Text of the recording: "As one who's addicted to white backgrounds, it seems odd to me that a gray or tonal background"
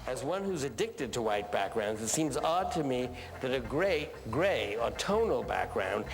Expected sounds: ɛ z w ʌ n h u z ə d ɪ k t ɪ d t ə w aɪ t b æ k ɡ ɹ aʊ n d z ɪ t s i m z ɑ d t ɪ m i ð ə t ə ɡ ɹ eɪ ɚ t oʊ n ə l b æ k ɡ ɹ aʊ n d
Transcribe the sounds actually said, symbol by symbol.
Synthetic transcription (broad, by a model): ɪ z w ʌ n h u z ə d ɪ k t ɪ d t ə w aɪ t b æ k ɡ ɹ aʊ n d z ɪ t s i m z ɑ d t ɪ m i ð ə t ə ɡ ɹ eɪ ɚ t oʊ n l b æ k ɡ ɹ aʊ n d